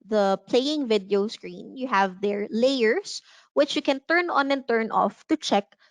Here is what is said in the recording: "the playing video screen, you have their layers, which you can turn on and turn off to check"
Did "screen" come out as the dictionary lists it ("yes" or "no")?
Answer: yes